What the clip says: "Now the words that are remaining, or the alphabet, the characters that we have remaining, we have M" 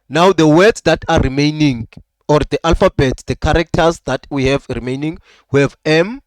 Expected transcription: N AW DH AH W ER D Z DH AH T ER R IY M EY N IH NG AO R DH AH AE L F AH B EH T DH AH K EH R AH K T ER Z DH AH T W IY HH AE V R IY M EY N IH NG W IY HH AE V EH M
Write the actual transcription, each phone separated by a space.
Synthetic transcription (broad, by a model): N AW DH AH W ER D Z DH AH T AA R IY M EY N IH NG AO R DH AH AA L F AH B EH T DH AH K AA R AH K T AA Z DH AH T W IY HH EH V R IY M EY N IH NG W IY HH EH V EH M